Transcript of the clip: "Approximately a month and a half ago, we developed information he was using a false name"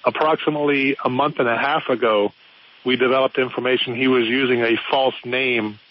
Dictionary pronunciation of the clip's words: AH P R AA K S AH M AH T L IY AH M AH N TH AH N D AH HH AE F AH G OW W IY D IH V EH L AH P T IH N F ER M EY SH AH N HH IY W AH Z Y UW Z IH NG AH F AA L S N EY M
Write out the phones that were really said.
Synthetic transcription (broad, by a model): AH P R AA K S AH M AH T L IY AH M AH N TH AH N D AH HH AE F AH G OW W IY D IH V EH L AH P T IH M F ER M EY SH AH N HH IY W AH Z Y UW Z IH NG AH F AA L S N EY M